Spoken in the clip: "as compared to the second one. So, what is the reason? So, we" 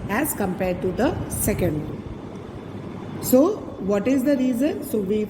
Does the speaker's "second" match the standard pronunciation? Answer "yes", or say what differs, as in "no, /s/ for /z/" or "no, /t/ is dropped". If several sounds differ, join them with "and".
yes